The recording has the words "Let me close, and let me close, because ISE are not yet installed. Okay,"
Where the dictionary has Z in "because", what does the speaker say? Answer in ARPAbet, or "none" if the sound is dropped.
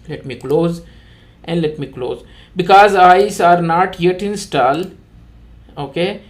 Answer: Z